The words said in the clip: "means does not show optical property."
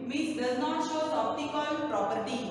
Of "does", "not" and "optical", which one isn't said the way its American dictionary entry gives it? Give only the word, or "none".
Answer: optical